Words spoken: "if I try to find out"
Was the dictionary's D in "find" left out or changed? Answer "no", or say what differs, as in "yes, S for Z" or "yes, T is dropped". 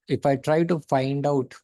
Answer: no